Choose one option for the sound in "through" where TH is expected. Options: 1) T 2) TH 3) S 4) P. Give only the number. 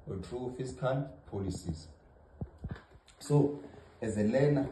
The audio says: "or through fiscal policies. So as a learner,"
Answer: 1